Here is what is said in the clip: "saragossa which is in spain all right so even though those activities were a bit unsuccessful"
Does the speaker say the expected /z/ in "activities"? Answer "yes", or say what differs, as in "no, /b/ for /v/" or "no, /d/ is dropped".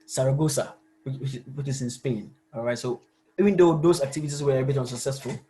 no, /s/ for /z/